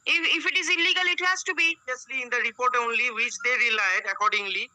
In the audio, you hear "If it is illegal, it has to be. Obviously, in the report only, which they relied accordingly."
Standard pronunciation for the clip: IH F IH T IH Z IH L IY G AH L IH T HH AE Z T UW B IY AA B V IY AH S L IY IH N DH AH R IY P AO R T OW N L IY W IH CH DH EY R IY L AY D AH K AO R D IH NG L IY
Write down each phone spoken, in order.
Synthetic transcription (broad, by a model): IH F IH T IH Z IH L IY G AH L IH T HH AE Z T UW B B IY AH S L IY IH N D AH R IY P AO R T OW N L IY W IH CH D EY R IY L AY D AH K AO R D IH NG L IY